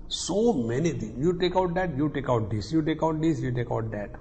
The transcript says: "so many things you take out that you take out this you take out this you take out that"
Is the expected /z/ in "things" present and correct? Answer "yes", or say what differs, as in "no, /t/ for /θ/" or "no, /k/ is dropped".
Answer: no, /z/ is dropped